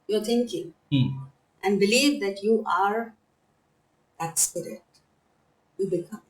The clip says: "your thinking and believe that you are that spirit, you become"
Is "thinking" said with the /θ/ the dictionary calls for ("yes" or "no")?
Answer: no